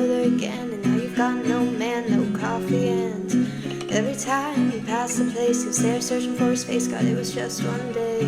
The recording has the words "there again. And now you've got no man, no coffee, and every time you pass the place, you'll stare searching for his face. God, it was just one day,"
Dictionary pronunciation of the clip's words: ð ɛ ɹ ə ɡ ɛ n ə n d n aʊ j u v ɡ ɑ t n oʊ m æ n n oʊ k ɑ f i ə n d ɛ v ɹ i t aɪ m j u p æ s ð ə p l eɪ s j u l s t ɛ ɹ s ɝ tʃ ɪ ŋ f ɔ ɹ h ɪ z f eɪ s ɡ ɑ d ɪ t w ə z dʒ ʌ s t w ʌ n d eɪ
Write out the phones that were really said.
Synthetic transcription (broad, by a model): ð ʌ ɹ ə ɡ ɛ n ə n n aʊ j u v ɡ ɑ t n oʊ m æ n n oʊ k ɑ f i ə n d ɛ v ɹ i t aɪ m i p æ s ð ə p l eɪ s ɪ n s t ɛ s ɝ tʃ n f ɔ ɹ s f eɪ s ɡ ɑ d ɪ t w ə z dʒ ʌ s t w ʌ n d eɪ